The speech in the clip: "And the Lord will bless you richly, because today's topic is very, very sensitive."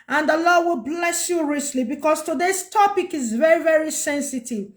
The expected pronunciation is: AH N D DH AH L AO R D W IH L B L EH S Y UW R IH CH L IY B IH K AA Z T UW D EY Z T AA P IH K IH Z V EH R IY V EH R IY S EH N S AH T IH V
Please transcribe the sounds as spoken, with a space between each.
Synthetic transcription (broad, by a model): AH N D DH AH L AO D W IH L B L EH S Y UW R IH S L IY B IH K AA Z T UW D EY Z T AA P IH K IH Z V EH R IY V EH R IY S EH N S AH T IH V